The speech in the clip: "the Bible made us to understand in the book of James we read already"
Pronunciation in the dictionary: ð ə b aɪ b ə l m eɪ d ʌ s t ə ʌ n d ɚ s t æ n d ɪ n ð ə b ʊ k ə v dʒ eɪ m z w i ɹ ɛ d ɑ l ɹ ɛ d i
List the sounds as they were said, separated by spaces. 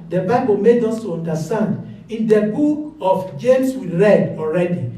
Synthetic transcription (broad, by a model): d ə b aɪ b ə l m eɪ d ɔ s t ə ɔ n d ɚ s t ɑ n d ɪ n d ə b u k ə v dʒ eɪ m s w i ɹ ɛ d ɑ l ɹ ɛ d i